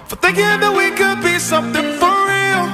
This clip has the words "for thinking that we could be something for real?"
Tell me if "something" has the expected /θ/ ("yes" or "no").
yes